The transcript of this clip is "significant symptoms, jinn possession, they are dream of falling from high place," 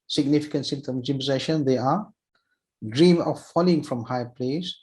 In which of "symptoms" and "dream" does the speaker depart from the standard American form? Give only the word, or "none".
symptoms